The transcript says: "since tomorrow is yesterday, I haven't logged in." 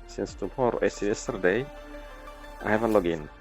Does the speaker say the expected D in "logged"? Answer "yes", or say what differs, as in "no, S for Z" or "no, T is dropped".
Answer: no, D is dropped